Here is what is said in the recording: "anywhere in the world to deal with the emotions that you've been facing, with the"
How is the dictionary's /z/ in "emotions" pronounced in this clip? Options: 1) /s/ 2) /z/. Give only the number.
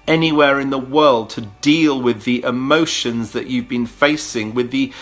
2